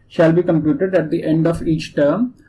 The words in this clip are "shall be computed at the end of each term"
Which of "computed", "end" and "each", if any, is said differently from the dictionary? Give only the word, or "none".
none